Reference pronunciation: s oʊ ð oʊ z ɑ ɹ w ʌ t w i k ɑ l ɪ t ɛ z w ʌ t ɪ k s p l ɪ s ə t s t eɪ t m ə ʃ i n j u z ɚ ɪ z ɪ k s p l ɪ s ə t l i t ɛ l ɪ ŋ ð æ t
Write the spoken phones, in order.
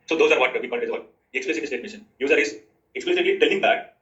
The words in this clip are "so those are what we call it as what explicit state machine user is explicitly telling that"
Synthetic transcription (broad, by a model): s oʊ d oʊ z ɑ ɹ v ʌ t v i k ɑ n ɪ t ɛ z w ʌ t ɪ k s p l ɪ s ə t s t eɪ t m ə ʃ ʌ n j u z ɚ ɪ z ɪ k s p l ɪ s ə t l i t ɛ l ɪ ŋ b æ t